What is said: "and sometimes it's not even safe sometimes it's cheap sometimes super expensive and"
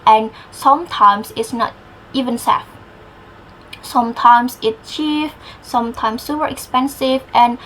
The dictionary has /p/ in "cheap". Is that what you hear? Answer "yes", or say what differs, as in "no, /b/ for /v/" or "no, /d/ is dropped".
no, /f/ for /p/